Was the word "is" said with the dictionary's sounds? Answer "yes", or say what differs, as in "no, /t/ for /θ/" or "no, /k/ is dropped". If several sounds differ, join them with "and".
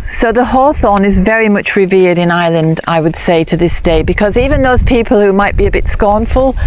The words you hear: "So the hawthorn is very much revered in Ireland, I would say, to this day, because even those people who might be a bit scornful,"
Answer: yes